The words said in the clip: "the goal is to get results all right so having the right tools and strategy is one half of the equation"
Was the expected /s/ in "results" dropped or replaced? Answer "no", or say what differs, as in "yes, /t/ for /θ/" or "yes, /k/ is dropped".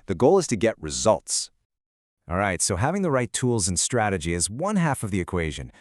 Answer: no